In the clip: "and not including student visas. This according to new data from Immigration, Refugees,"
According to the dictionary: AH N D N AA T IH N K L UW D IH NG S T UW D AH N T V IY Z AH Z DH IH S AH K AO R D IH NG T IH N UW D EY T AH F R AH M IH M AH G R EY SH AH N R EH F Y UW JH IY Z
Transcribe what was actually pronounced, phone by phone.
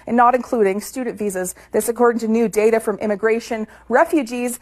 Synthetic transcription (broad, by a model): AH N N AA T IH N K L UW D IH NG S T UW D N T V IY Z AH Z DH IH S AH K AO R D IH NG T IH N UW D EY T AH F R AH M IH M AH G R EY SH AH N R EH F Y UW JH IY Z